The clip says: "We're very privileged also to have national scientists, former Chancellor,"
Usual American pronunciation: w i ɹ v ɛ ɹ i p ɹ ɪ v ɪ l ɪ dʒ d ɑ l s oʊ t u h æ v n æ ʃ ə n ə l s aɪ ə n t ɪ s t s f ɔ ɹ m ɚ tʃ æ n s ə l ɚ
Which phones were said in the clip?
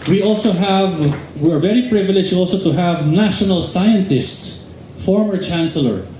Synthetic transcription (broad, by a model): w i ɹ v ɛ ɹ i p ɹ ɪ v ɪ l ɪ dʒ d ɑ l s oʊ t u h æ v n æ ʃ ə n ə l s aɪ ə n t ɪ s t s f ɔ ɹ m ɚ tʃ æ n s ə l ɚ